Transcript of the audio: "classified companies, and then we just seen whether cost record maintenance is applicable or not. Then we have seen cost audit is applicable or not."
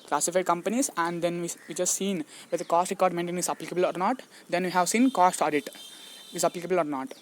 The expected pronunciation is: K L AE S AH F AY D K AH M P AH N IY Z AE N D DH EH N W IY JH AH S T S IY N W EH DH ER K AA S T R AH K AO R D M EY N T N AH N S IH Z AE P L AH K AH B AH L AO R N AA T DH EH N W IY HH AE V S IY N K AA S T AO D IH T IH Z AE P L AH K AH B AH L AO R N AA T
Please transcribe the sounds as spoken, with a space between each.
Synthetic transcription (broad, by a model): K L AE S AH F AY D K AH M P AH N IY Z AE N D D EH N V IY JH AH S T S IY N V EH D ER K AA S T R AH K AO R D M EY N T AH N IH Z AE P L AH K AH B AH L AO R N AA T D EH N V IY HH AE V S IY N K AA S T AO D IH T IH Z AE P L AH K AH B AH L AO R N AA T